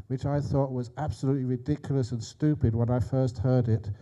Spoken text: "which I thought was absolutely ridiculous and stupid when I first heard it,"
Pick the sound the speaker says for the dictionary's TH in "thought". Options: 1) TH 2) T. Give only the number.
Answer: 1